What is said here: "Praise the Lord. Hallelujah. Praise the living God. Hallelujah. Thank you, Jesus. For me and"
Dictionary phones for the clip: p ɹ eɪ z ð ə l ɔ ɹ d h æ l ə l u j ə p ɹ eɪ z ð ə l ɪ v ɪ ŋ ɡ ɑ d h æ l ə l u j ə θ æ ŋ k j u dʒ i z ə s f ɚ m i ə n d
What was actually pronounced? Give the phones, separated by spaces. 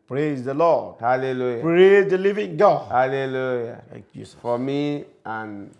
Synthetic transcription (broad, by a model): p ɹ eɪ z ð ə l ɔ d h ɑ l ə l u j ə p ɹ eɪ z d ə l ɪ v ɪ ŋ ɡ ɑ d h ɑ l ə l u j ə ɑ k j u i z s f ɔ m i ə n